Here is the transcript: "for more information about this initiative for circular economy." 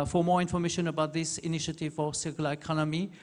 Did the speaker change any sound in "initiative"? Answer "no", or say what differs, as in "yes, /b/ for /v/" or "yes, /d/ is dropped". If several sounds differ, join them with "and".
no